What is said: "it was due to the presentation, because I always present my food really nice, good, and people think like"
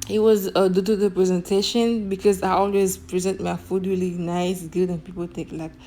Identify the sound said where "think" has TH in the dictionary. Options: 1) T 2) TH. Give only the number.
1